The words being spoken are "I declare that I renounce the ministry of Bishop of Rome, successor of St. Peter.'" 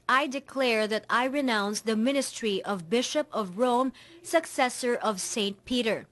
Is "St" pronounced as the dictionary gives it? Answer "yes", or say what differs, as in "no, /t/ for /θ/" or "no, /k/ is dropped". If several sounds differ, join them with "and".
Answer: yes